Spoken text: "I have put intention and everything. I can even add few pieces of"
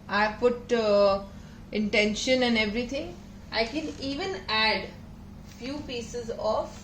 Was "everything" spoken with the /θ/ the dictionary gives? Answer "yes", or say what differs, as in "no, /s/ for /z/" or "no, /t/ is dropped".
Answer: no, /t/ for /θ/